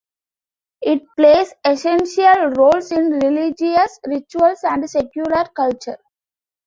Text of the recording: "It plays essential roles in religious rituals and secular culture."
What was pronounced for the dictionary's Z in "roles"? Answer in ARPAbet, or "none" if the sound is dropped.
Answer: S